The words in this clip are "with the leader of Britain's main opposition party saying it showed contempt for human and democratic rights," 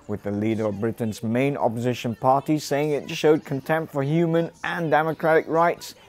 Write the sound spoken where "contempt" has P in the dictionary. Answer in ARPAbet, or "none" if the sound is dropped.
P